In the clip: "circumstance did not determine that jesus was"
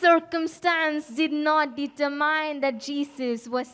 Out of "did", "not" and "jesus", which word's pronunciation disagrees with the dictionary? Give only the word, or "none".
jesus